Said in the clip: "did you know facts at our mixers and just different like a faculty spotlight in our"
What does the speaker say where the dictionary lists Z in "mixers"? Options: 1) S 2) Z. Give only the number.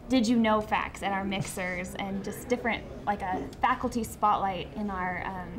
2